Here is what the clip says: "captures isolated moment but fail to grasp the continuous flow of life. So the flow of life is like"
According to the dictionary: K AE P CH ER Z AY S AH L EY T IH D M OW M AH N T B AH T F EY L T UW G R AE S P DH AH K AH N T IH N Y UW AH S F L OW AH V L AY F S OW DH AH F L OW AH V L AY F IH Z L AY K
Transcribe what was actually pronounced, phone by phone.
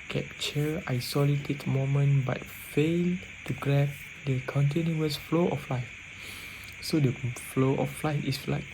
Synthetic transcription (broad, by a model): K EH P CH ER AY S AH L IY T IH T M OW M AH N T B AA T F EY L T UW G R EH P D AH K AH N T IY N Y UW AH S F L OW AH F L AY F S OW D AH F L OW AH F L AY F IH S L AY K